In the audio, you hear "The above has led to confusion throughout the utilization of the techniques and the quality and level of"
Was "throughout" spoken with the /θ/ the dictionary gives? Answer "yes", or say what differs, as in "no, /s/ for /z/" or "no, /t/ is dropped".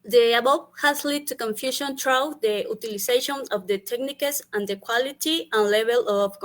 no, /t/ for /θ/